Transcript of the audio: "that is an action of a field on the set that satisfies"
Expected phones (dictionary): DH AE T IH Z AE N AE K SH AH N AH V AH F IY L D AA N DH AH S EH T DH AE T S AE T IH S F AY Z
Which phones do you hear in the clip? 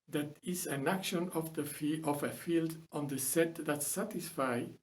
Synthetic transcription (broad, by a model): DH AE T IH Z AE N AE K SH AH N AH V AH F IY L D AA N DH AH S EH T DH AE T S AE T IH S F AY